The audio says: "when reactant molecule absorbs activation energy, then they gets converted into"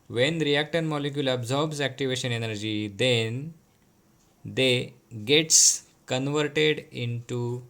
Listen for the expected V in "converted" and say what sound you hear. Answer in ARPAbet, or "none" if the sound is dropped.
V